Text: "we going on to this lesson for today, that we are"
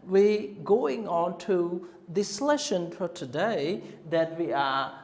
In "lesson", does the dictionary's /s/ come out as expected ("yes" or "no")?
no